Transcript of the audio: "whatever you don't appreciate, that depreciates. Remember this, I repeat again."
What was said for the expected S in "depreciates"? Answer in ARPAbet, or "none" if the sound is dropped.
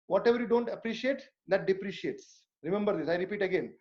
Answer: S